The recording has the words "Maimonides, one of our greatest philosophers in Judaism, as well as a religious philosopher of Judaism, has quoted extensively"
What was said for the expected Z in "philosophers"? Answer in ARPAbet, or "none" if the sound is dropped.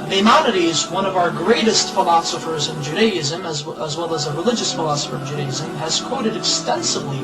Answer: Z